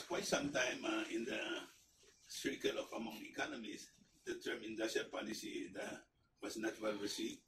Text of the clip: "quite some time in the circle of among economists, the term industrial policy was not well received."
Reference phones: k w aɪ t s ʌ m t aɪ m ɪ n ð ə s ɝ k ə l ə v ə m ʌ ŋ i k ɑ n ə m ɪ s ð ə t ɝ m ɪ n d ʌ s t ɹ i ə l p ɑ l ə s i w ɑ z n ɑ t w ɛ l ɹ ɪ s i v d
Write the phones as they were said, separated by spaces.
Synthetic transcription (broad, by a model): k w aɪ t s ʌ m t aɪ m ɪ n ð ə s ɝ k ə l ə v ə m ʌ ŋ i k ɑ n ə m ɪ s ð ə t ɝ m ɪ n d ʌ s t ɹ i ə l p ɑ n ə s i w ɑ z n ɑ t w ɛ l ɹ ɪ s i